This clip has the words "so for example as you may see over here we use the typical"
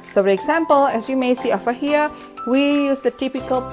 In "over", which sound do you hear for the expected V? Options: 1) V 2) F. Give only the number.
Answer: 2